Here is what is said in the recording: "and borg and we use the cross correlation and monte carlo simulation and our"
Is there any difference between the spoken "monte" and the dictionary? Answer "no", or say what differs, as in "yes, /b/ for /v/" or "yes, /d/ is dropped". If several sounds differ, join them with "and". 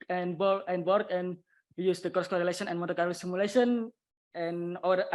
yes, /n/ is dropped